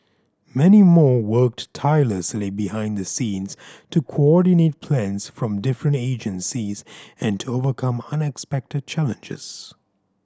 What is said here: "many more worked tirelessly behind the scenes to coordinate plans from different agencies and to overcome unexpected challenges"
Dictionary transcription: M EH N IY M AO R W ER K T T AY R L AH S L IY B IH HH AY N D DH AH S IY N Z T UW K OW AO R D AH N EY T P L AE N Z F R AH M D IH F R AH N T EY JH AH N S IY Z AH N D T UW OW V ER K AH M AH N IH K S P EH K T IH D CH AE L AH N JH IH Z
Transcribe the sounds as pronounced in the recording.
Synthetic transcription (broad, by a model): M EH N IY M AO R W ER K T T AY L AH S L IY B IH HH AY N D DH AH S IY N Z T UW K OW AO R D AH N EY T P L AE N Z F R AH M D IH F R AH N T EY JH AH N S IY Z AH N T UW OW V ER K AH M AH N IH K S P EH K T IH D CH AE L AH N JH IH Z